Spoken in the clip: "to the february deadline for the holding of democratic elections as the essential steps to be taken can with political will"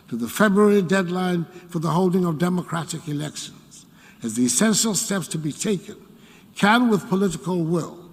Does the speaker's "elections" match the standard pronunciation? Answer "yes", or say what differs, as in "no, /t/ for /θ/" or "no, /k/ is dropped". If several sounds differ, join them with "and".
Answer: yes